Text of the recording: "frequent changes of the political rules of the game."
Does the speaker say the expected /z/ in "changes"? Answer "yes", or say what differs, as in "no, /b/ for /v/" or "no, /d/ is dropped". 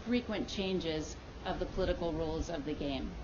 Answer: yes